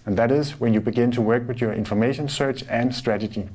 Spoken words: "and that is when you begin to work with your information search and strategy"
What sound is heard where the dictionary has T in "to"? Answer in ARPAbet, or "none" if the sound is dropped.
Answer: T